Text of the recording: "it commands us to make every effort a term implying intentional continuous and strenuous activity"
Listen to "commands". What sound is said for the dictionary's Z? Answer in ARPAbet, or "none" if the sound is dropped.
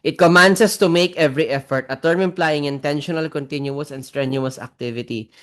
S